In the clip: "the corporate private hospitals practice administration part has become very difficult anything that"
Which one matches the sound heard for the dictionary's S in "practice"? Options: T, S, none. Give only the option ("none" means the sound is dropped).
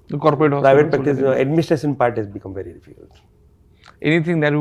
none